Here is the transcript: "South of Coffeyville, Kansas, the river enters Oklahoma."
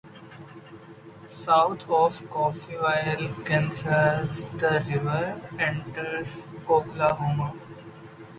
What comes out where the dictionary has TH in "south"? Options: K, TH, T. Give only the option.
T